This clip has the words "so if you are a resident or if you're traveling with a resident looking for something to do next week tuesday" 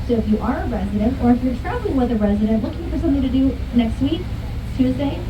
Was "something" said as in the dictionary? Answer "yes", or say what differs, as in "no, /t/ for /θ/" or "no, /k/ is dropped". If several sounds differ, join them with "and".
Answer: yes